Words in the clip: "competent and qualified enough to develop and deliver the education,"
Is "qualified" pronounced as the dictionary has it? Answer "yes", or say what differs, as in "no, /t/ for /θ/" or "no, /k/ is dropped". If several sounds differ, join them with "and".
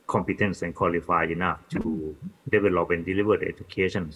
no, /d/ is dropped